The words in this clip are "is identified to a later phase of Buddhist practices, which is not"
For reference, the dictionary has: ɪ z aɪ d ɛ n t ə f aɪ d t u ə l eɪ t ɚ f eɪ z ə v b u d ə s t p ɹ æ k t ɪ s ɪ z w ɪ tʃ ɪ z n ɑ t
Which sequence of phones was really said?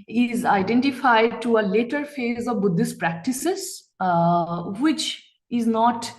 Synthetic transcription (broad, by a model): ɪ z aɪ d ɛ n t ə f aɪ d t u ə l eɪ t ɚ f eɪ z ə v b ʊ d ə s t p ɹ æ k t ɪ s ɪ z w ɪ tʃ ɪ z n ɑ t